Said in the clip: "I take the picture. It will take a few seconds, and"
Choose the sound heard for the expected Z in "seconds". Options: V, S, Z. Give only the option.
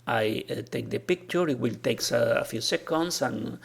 S